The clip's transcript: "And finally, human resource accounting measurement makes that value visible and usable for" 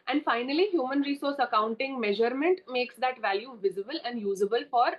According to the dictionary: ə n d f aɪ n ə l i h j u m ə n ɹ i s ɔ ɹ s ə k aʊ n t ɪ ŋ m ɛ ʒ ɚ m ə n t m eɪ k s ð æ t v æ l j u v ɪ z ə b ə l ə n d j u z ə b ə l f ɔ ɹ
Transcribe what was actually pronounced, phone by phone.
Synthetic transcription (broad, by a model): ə n d f aɪ n ə l i h j u m ə n ɹ i s ɔ ɹ s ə k aʊ n t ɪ ŋ m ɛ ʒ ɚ m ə n t m eɪ k s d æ t v æ l j u v ɪ z ə b ə l ə n d j u z ə b ə l f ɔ ɹ